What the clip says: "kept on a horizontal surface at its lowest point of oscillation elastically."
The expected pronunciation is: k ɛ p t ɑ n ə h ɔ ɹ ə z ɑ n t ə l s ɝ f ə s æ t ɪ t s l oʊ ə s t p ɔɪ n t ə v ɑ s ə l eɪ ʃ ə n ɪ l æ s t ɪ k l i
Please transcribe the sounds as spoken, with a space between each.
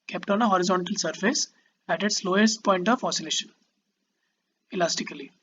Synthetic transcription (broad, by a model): k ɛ p t ɑ n ə h ɔ ɹ ə z ɑ n t ə l s ɝ f ə s æ t ɪ t s l oʊ ə s t p ɔɪ n t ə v ɑ s ə l eɪ ʃ ə n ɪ l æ s t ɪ k l i